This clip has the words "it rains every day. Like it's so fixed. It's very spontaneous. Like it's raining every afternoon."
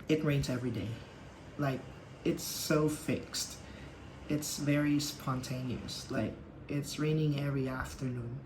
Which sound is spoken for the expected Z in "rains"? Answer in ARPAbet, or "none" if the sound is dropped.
Z